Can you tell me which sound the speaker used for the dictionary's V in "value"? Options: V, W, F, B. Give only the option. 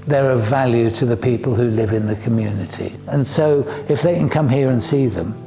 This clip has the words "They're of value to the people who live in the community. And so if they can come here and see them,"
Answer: V